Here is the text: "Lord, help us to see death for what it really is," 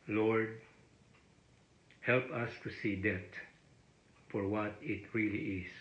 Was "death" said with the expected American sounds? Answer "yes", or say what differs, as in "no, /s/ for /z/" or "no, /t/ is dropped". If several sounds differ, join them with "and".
no, /t/ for /θ/